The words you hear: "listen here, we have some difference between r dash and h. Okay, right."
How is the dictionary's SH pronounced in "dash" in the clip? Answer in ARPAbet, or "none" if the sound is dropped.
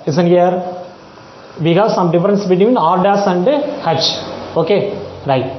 S